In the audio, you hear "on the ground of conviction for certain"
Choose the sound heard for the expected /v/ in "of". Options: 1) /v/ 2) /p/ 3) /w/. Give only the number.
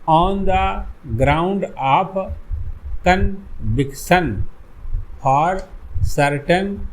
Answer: 2